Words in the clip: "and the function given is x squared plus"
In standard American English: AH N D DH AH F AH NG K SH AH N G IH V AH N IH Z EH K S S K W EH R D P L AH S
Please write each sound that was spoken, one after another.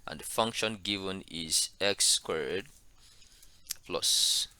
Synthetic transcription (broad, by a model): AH N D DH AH F AH NG K SH AH N G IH V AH N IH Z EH K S S K W EH R D P L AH S